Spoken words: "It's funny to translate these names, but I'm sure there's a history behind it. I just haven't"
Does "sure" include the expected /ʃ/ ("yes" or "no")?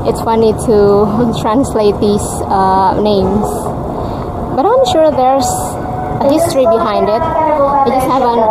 yes